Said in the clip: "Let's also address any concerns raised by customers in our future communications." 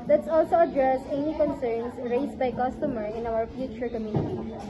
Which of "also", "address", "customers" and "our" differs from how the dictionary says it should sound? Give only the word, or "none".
customers